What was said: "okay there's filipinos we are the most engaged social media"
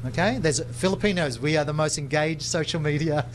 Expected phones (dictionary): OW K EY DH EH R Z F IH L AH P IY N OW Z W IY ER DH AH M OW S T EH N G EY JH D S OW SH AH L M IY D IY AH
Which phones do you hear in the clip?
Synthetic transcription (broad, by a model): OW K EY DH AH R Z F IH L AH P IY N OW Z W IY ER DH AH M OW S T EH N G EY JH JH S OW SH L M IY D IY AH